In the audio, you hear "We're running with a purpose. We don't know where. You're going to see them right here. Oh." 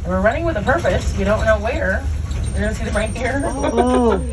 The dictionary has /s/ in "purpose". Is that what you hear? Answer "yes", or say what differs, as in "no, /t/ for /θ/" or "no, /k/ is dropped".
yes